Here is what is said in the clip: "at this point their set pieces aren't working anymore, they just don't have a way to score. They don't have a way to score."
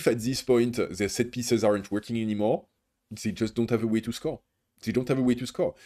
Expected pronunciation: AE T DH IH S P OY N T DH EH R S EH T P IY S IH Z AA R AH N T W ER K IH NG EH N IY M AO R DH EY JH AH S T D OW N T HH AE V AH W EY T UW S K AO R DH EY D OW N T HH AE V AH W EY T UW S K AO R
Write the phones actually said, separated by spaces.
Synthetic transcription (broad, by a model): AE T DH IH S P OY N T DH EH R S EH T P IY S IH Z AA R AH N T W ER K IH NG EH N IY M AO R DH EY JH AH S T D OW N T HH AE V AH W EY T UW S K AO R DH EY D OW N T HH AE V AH W EY T UW S K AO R